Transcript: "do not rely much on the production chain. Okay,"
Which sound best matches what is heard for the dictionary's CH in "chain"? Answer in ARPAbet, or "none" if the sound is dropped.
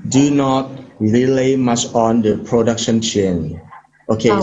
CH